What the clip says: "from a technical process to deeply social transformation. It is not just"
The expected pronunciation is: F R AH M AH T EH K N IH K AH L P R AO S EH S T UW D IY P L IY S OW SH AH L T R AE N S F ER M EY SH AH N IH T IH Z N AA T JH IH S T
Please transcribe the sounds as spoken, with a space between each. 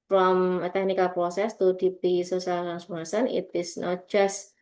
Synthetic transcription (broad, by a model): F R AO M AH T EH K N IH K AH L P R AO S EH S T UW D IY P IY S OW S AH L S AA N S UW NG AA S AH N IH T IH S N AA T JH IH S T